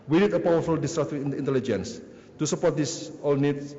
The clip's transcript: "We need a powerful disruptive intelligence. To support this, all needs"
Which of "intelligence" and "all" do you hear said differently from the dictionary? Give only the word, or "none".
none